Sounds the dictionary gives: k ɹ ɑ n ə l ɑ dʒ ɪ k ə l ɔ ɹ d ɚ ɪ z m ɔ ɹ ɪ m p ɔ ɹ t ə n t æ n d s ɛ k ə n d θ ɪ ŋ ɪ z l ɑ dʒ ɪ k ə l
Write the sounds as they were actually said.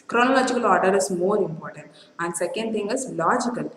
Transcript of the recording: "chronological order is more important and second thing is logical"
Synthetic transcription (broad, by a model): k ɹ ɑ n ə l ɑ dʒ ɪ k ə l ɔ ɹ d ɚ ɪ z m ɔ ɹ ɪ m p ɔ ɹ t ə n t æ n d s ɛ k ə n d t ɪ ŋ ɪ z l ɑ dʒ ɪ k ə l